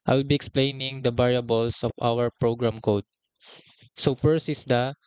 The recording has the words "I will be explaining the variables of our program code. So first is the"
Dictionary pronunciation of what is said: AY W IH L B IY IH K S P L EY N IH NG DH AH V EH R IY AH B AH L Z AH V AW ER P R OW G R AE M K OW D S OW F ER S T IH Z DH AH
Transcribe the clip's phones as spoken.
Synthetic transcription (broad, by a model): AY W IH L B IY IH K S P L EY N IH NG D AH B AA R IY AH B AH L S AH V AW ER P R OW G R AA M K OW D S OW P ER S IH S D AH